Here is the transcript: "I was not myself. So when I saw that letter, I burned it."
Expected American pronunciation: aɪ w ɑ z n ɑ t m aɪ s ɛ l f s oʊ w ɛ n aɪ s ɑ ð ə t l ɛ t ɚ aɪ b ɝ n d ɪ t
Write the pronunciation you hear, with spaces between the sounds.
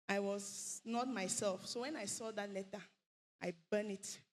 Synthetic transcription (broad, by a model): aɪ w ɑ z n ɑ t m aɪ s ɛ l f s oʊ w ɛ n aɪ s ɑ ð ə t l ɛ t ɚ aɪ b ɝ n ɪ t